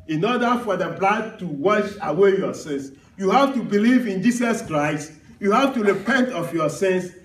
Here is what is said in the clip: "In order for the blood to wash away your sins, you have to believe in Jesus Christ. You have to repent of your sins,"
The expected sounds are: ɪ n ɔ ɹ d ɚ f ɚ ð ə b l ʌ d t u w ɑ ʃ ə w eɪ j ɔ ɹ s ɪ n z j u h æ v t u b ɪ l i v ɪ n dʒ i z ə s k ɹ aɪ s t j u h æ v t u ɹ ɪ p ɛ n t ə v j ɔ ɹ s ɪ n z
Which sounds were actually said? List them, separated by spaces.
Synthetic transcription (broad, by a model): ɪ n ɔ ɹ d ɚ f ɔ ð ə b l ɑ d t u w ɑ ʃ ə w eɪ j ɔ s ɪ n s j u h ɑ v t u b ɪ l i v ɪ n dʒ i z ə s k ɹ aɪ s t j u h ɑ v t u ɹ ɪ p ɛ n t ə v j ɔ s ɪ n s